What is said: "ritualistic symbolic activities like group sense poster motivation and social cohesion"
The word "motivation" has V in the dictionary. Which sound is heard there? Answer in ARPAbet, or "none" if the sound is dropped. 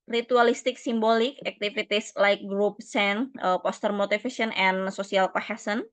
F